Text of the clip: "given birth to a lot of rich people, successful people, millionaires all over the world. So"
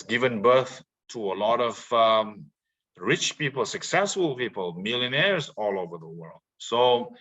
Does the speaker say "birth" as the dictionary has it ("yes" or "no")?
yes